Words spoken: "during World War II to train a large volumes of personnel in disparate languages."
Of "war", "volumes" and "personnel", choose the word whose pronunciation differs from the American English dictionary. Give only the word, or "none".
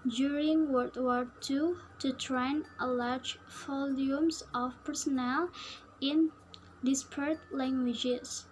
volumes